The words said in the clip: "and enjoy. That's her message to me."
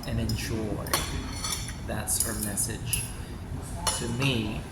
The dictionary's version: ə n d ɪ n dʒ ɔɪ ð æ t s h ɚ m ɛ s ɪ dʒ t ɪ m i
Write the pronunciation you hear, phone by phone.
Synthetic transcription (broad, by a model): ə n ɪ n ʃ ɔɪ ð æ t s h ɚ m ɛ s ɪ dʒ t ɪ m i